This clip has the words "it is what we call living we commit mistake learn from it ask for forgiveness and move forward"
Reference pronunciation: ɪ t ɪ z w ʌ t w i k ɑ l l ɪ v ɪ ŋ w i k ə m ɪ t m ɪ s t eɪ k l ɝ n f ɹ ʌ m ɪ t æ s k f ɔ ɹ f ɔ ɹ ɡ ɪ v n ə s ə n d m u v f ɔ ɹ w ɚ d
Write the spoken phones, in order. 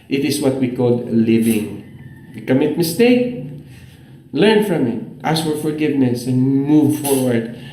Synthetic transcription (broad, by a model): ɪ t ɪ s w ʌ t w i k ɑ l l ɪ v ɪ ŋ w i k ə m ɪ t m ɪ s t eɪ k l ɝ n f ɹ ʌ m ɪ t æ s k f ɔ ɹ f ɔ ɹ ɡ ɪ v n ə s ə n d m u v f ɔ ɹ w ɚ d